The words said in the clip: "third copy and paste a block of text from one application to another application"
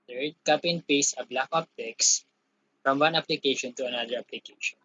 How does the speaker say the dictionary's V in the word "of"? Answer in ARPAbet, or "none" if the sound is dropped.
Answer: P